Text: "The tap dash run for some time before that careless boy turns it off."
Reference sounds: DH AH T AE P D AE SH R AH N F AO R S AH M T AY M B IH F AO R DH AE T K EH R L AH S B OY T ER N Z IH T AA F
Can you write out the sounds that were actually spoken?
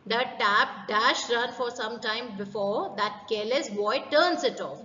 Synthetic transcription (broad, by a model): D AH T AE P D AE SH R AH N F AO R S AH M T AY M B IH F AO R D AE T K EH L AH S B OY T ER N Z IH T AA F